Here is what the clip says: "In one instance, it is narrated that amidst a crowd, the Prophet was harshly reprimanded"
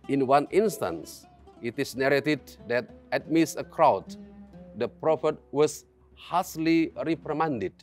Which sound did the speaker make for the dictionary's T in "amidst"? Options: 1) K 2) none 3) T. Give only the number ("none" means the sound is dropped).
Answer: 2